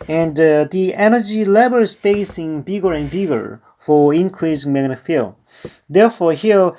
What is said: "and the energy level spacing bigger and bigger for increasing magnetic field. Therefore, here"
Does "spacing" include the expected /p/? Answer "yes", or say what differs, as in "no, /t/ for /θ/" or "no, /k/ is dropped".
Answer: no, /b/ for /p/